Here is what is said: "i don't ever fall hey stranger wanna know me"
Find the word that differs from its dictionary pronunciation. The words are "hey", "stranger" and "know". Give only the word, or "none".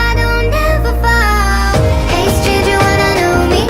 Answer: stranger